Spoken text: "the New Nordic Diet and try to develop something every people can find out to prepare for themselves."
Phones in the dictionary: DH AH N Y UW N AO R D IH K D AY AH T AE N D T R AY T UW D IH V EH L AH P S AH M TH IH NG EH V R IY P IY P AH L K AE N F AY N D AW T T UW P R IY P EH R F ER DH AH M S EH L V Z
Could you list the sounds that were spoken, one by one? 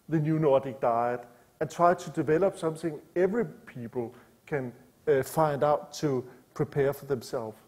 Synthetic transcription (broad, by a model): DH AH N Y UW N AO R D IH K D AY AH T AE N T R AY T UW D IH V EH L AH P S AH M TH IH NG EH V R IY P IY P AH L K AE N F AY N D AW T T UW P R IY P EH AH F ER DH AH M S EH L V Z